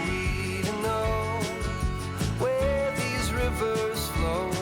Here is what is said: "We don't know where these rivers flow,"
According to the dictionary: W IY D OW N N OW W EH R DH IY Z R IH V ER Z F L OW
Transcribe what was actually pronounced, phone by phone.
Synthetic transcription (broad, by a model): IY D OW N N OW W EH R DH IY Z R IH V ER Z F L OW